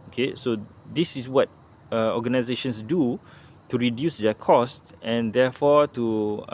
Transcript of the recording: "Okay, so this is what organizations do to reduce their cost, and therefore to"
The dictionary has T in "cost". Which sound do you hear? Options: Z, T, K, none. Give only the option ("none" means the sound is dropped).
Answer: T